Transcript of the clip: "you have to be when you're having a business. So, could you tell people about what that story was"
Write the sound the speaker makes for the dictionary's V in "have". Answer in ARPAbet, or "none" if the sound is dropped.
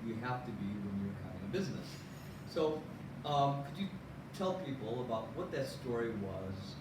F